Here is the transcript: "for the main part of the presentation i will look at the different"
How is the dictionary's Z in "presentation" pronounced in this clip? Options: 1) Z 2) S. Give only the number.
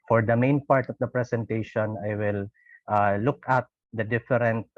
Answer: 2